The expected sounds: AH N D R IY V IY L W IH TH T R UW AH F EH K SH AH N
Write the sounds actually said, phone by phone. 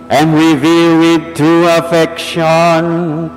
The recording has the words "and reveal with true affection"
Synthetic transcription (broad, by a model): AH N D R IY V IY L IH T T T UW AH F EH K SH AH N